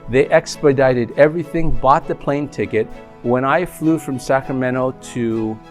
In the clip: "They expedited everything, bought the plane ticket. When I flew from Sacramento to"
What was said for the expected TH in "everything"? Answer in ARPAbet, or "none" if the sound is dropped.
TH